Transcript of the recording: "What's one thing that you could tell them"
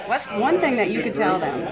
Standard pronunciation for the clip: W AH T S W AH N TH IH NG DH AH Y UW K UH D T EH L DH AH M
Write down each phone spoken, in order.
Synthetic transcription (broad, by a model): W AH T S W AH N TH IH NG DH AH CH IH K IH D T EH L DH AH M